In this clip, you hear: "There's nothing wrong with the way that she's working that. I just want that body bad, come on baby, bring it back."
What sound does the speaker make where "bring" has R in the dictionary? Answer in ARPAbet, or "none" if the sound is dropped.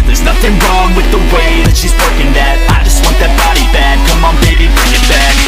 none